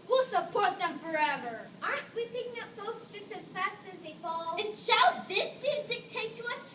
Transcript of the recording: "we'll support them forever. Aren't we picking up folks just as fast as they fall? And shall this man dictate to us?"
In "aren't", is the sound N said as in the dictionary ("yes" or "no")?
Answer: no